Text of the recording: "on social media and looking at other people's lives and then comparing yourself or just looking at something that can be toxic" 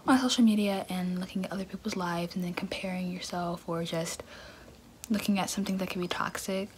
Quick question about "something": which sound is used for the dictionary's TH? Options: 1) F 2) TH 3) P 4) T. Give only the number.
2